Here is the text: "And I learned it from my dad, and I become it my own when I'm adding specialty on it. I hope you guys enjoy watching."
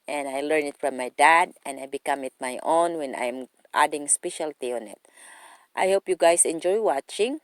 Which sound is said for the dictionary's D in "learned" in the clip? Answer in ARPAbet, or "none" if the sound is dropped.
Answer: none